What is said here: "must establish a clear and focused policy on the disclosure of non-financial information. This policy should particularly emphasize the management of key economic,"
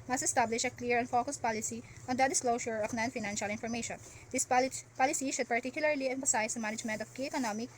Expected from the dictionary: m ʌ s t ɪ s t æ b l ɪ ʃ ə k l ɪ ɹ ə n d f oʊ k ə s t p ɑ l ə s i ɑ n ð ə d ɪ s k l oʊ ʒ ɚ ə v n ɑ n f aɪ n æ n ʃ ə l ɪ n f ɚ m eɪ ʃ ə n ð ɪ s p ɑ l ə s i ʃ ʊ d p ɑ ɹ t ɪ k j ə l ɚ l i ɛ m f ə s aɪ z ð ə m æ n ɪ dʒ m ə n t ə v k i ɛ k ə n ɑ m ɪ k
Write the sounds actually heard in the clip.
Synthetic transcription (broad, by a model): m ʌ s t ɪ s t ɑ b l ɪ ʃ ə k l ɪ ɹ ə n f oʊ k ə s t p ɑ l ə s i ɑ n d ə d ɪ s k l oʊ ʃ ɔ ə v n ɑ n f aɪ n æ n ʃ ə l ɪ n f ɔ m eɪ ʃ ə n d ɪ s p ɑ l ə s i ʃ ʊ d p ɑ ɹ t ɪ k j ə l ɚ l i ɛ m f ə s aɪ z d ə m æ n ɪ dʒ m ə n t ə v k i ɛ k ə n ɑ m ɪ k